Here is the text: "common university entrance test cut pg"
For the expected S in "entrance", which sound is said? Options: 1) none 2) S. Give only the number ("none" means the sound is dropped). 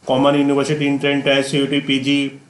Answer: 1